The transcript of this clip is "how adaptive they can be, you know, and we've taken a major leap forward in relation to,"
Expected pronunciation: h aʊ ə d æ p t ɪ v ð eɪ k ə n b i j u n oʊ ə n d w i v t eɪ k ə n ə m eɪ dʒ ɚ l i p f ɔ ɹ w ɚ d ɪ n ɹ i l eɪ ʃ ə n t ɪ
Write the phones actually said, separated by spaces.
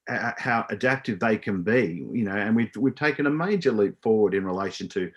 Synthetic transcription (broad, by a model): h aʊ ə d æ p t ɪ v ð eɪ k ə n b i j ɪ n oʊ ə n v w i v t eɪ k ə n ə m eɪ dʒ ɚ l i p f ɔ ɹ w ɚ d ɪ n ɹ i l eɪ ʃ ə n t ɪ